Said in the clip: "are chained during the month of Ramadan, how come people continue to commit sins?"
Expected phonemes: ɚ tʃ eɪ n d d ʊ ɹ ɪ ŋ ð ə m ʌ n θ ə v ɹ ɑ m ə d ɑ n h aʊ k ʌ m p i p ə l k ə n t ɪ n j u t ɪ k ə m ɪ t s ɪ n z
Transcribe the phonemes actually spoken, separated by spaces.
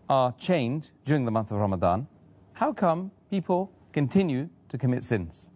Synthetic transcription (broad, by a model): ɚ tʃ eɪ n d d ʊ ɹ ɪ ŋ ð ə m ʌ n θ ə v ɹ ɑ m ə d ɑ n h aʊ k ʌ m p i p ə l k ə n t ɪ n j u t ɪ k ə m ɪ t s ɪ n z